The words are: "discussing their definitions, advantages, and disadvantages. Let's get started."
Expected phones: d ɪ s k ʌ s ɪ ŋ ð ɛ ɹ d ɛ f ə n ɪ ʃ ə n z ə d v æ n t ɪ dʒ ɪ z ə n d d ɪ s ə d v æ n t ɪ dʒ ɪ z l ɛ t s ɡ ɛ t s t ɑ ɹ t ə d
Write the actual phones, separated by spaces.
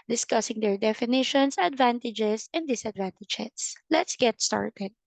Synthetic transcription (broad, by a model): d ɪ s k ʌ s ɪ ŋ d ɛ ɹ d ɛ f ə n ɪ ʃ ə n s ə d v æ n t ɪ dʒ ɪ s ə n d d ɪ s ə d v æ n t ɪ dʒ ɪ s l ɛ t s ɡ ɛ t s t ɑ ɹ t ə d